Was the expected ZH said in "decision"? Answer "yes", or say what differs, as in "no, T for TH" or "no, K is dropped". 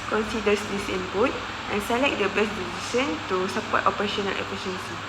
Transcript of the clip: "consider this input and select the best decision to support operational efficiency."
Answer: no, S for ZH